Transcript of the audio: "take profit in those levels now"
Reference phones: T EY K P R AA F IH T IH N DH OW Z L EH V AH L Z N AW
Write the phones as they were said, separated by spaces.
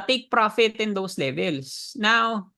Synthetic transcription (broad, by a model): T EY K P R AA F IH T IH N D OW S L EH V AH L S N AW